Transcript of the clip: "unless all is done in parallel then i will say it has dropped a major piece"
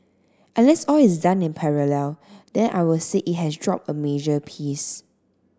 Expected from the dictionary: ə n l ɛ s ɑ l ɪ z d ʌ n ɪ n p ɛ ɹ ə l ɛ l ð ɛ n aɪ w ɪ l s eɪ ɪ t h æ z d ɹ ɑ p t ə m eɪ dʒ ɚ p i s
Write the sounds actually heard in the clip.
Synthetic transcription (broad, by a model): ə n l ɛ s ɑ l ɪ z d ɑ n ɪ n p ɛ ɹ ə l ɛ l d ɛ n aɪ w ɪ l s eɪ ɪ t h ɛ s d ɹ ɑ p ə m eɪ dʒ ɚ p i s